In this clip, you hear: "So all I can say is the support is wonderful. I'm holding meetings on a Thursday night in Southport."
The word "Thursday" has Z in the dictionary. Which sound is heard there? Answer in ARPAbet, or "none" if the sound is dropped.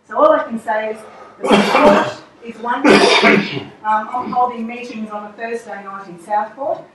S